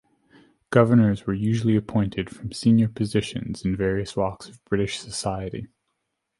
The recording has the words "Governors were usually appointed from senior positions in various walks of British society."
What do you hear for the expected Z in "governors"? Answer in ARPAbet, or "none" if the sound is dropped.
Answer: Z